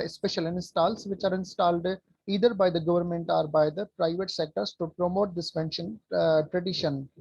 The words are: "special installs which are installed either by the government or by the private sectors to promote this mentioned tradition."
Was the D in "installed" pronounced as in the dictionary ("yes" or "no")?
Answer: yes